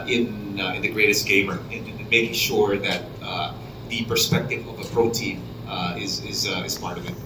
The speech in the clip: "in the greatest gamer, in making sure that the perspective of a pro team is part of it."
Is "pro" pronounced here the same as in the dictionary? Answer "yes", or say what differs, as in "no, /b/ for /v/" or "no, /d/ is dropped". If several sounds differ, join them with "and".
yes